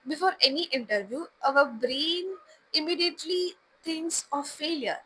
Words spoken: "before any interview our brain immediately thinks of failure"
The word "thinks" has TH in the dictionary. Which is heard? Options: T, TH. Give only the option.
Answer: T